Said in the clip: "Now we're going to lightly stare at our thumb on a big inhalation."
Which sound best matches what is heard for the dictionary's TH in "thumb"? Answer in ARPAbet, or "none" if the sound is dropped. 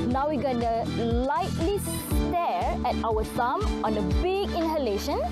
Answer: S